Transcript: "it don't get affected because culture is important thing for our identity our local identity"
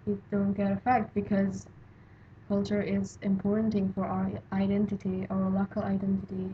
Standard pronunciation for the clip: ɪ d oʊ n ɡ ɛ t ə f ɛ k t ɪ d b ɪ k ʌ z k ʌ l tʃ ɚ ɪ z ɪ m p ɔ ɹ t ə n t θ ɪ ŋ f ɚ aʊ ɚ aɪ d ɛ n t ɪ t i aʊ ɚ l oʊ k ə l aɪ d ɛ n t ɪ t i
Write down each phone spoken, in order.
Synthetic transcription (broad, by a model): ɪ d oʊ n ɡ ɛ t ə f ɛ k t b ɪ k ʌ z k ʌ l tʃ ɚ ɪ z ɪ m p ɔ ɹ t n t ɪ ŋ f ɚ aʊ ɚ aɪ d ɛ n t ɪ t i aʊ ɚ l oʊ k ə l aɪ d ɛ n t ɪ t i